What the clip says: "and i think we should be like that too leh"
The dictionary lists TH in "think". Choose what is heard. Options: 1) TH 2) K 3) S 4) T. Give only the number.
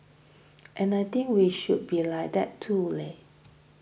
4